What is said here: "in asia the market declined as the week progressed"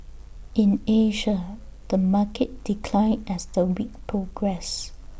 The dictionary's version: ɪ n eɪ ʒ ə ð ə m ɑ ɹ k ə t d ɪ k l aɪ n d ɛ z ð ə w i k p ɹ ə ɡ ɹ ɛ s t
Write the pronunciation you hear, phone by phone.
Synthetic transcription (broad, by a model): ɪ n eɪ ʒ ə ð ə m ɑ k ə t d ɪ k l aɪ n ɛ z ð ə w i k p ɹ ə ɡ ɹ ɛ s